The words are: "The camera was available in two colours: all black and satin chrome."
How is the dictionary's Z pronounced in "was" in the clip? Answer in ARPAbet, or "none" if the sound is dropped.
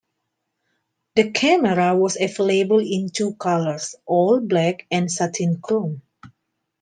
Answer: S